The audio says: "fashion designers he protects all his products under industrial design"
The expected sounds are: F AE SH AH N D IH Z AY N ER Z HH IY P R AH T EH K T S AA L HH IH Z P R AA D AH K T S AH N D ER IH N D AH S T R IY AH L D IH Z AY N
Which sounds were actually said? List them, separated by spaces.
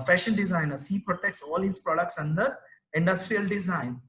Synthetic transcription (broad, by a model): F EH SH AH N D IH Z AY N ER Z HH IY P R AH T EH K T S AA L HH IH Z P R AA D AH K T S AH N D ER IH N D AH S T R IY AH L D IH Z AY N